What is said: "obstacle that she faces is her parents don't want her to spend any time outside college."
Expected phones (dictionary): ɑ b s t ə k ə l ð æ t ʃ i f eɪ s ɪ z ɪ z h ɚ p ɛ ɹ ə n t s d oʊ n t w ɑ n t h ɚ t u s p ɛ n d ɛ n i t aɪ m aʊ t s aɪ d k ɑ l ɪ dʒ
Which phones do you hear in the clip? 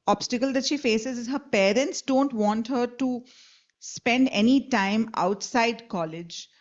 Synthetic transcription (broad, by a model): ɑ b s t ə k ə l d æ t ʃ i f eɪ s ɪ z ɪ z h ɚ p ɛ ɹ ə n t s d oʊ n t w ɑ n t h ɚ t u s p ɛ n d ɛ n i t aɪ m aʊ t s aɪ d k ɑ l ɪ dʒ